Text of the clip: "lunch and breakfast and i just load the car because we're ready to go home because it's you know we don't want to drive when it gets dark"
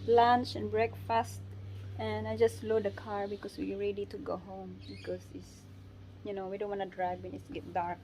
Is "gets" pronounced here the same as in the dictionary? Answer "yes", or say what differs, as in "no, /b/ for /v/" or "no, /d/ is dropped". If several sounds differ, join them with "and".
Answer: no, /s/ is dropped